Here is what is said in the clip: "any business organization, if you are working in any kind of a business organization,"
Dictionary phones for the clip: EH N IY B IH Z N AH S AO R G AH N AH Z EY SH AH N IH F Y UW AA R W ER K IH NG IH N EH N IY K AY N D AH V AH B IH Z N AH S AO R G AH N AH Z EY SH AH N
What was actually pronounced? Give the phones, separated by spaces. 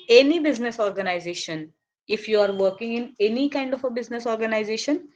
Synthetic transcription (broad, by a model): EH N IY B IH Z N AH S AO R G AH N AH Z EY SH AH N IH F Y UW AA R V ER K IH NG IH N EH N IY K AY N D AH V AH B IH Z N AH S AO R G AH N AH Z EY SH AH N